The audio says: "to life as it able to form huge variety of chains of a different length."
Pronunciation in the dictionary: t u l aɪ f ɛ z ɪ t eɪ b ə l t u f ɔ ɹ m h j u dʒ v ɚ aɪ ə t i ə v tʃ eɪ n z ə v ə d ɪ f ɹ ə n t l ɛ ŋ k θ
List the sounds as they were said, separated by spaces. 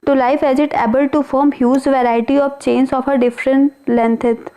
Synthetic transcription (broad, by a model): t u l aɪ f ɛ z ɪ t eɪ b ə l t u f ɔ ɹ m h j u z v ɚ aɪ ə t i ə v tʃ eɪ n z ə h ə d ɪ f ɹ ə n t l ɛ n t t